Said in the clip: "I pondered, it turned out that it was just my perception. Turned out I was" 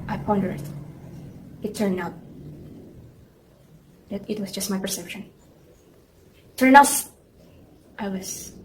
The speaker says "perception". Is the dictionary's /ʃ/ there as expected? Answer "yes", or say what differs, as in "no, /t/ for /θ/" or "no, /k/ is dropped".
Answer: yes